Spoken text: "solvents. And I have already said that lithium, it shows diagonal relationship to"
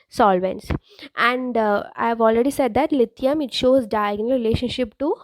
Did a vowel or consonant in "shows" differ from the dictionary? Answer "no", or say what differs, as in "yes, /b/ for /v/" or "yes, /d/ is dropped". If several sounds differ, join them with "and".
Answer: no